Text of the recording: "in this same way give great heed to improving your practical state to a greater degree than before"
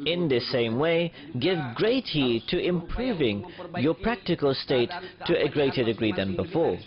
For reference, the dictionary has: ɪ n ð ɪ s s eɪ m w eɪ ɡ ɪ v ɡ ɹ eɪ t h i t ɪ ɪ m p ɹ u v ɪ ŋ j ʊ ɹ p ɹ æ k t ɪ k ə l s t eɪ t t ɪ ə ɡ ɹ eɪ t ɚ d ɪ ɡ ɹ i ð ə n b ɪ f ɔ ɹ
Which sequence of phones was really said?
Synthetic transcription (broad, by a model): ɪ n ð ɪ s s eɪ m w eɪ ɡ ɪ v ɡ ɹ eɪ t h i t ɪ ɪ m p ɹ u v ɪ ŋ j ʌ ɹ p ɹ æ k t ɪ k ə l s t eɪ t t ɪ ə ɡ ɹ eɪ t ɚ d ɪ ɡ ɹ i ð ə n b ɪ f ɔ ɹ